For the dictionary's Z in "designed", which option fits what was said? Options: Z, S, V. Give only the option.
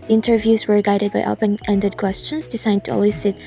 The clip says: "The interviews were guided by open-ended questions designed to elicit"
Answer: S